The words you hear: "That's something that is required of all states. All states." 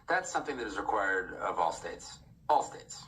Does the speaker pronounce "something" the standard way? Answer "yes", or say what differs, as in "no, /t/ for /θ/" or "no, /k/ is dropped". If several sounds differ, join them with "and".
yes